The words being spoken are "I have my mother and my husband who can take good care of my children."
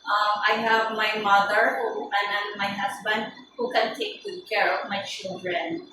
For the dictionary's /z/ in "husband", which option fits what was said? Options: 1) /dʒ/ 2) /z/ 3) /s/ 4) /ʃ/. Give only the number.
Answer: 3